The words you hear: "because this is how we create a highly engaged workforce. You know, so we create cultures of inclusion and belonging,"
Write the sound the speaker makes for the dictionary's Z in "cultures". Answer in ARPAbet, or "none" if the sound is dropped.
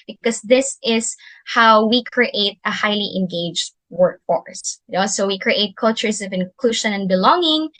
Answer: S